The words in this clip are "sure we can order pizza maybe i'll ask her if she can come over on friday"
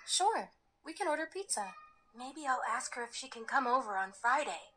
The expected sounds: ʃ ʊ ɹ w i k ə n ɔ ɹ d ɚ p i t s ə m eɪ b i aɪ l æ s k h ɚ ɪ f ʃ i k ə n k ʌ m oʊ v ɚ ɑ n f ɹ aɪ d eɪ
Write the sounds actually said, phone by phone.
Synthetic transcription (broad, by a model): ʃ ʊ ɹ w i k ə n ɔ ɹ d ɚ p i t s ə m eɪ b i aɪ l æ s k h ɚ ɪ f ʃ i k ə n k ʌ m oʊ v ɚ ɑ n f ɹ aɪ d eɪ